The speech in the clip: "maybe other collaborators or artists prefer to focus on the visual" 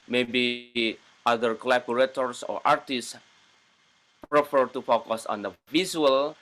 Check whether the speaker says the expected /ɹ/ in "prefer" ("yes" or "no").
yes